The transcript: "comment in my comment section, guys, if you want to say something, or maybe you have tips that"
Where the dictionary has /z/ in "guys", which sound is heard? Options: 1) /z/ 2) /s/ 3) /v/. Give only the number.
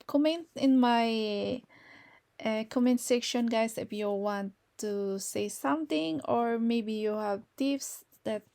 2